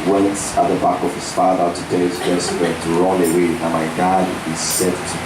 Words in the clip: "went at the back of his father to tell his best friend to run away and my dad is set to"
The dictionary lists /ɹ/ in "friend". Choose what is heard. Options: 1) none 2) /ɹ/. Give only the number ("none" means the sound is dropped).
1